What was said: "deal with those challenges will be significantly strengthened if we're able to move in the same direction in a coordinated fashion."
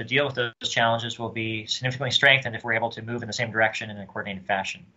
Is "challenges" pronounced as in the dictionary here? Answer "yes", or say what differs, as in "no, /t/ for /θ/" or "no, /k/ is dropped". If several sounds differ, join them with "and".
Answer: yes